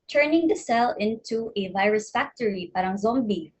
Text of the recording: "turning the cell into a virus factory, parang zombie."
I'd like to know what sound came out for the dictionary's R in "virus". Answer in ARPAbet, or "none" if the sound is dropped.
R